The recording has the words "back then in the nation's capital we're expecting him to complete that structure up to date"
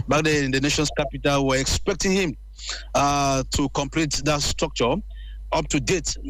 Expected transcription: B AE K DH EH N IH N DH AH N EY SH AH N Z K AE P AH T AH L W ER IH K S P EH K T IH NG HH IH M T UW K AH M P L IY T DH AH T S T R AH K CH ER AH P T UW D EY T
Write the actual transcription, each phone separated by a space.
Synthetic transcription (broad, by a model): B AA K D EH IH N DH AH N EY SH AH N S K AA P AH T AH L W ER IH K S P EH K T IH NG HH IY M T UW K AH M P L IY T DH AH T S T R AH K CH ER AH P T UW D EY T